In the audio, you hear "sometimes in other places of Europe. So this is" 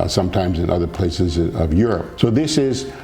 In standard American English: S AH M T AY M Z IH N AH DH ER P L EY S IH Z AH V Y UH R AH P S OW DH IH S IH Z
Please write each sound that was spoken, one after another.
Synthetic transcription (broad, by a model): S AH M T AY M Z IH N AH DH ER P L EY S IH Z AH V Y UH R AH P S OW DH IH S IH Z